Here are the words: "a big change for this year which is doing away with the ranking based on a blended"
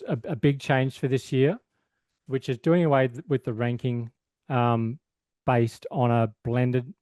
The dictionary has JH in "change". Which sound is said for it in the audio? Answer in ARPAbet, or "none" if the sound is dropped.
ZH